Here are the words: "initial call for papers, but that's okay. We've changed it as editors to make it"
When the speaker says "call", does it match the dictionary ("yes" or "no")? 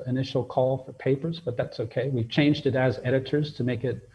yes